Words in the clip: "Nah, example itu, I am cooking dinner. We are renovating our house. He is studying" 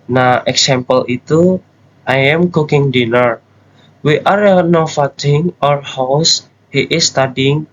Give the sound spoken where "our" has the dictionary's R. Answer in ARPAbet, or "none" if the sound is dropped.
R